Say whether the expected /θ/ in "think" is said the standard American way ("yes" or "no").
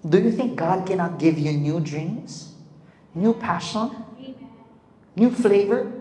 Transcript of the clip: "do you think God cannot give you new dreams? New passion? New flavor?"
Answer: yes